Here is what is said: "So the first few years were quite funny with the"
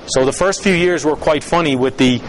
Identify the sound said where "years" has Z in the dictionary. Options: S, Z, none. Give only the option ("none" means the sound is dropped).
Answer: Z